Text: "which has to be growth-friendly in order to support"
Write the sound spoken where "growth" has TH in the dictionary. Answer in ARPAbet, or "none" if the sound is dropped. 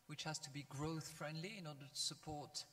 TH